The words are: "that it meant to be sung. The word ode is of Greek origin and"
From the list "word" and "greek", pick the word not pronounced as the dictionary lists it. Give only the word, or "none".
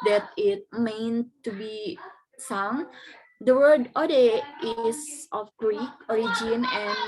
none